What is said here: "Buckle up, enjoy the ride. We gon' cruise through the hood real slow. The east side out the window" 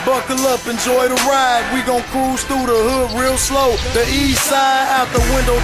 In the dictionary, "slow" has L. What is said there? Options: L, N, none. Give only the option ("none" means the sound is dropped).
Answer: L